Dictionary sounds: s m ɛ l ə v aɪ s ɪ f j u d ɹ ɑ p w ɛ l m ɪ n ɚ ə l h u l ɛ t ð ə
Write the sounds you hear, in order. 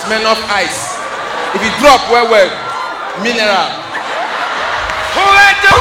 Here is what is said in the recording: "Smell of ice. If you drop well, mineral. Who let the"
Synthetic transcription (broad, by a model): m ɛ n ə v aɪ s ɪ f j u d ɹ ɑ p w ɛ w m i n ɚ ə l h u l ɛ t